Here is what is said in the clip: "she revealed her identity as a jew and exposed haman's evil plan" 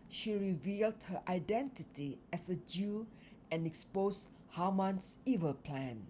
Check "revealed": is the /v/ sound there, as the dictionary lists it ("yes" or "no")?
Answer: yes